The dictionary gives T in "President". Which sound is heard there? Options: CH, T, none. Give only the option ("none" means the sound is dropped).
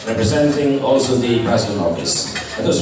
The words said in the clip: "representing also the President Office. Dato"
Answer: none